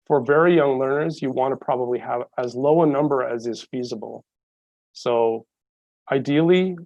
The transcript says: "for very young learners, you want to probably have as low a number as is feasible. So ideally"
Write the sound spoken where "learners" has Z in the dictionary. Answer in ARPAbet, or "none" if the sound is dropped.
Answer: Z